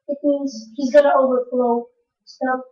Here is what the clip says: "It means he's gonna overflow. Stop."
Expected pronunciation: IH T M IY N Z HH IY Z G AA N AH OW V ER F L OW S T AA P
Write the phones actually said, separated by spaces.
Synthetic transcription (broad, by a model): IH T M IY N Z HH IY Z G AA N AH OW V ER F L OW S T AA